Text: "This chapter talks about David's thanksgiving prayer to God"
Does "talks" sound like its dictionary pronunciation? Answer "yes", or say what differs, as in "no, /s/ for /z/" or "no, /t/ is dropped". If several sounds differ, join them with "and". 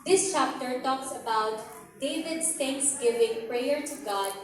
yes